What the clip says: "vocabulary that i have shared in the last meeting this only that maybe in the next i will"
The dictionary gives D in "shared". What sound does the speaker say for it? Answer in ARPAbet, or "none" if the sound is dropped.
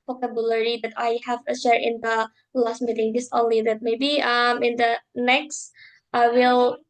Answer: none